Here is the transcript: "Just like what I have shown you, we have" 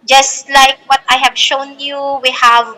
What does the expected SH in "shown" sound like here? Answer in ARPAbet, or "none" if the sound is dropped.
SH